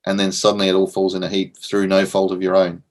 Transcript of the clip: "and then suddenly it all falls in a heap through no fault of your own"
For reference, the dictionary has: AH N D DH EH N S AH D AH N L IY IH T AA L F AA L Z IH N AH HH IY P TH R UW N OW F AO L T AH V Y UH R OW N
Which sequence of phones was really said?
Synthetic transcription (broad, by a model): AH N DH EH N S AH D N L IY IH T AA L F AA L Z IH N AH HH IY P TH R UW N OW F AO L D AH V Y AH R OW N